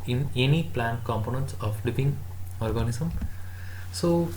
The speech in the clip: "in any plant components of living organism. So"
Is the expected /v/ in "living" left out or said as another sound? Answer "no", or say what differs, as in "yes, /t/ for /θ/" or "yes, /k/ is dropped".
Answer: yes, /p/ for /v/